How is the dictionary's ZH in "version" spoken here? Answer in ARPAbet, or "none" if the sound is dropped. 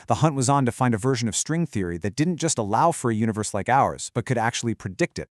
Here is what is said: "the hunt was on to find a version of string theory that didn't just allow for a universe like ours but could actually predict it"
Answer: ZH